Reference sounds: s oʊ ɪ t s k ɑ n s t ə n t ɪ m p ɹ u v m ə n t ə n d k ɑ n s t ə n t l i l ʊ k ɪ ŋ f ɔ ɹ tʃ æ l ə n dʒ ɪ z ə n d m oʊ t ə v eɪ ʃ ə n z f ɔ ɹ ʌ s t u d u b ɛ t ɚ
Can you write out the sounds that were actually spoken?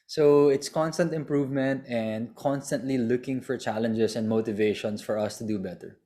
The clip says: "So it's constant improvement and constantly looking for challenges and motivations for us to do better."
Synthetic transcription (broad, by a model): s oʊ ɪ t s k ɑ n s t ə n t ɪ m p ɹ u v m ə n t ə n d k ɑ n s t ə n t l i l ʊ k ɪ ŋ f ɔ ɹ tʃ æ l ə n dʒ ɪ s ə n d m oʊ t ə v eɪ ʃ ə n s f ɔ ɹ ʌ s t u d u b ɛ t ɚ